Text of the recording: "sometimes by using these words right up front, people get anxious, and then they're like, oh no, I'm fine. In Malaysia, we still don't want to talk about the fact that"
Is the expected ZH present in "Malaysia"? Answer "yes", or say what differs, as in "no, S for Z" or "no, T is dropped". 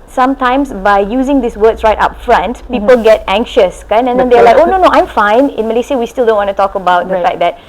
no, S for ZH